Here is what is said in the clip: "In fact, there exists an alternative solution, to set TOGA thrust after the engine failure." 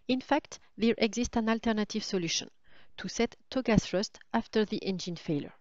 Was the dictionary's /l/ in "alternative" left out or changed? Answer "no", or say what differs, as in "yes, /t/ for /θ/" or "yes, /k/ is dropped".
no